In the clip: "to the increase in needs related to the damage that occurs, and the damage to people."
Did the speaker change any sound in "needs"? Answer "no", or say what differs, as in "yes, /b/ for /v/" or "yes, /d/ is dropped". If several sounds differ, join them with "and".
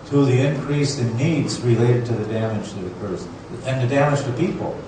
no